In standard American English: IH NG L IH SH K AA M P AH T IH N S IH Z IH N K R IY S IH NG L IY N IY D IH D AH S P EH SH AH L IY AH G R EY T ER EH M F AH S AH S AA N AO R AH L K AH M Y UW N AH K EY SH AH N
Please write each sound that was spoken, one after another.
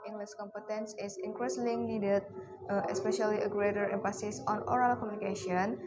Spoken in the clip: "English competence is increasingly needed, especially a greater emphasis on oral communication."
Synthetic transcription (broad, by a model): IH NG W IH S K AA M P AH T IH N S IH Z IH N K R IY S L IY N IY D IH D AH S P EH SH AH L IY AH G R EY T ER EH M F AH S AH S AA N AO R AH L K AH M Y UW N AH K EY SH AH N